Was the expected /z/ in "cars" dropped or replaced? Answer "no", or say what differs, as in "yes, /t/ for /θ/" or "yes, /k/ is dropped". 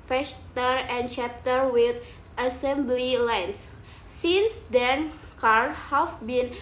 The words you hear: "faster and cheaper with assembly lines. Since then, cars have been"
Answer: yes, /z/ is dropped